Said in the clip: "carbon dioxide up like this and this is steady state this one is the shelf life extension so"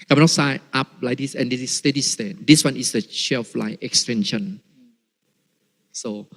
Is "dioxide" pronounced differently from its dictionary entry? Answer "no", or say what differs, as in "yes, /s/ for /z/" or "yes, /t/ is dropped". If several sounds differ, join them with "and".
yes, /k/ is dropped and /d/ is dropped